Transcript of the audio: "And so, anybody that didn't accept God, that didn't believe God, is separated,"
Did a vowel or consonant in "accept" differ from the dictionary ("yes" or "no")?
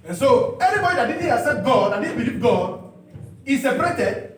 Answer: yes